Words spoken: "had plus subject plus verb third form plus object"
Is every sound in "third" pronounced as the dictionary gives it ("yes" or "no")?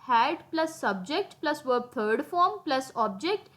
no